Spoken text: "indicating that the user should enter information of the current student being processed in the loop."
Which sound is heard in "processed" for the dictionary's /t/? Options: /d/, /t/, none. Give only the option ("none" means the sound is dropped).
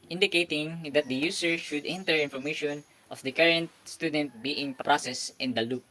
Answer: /t/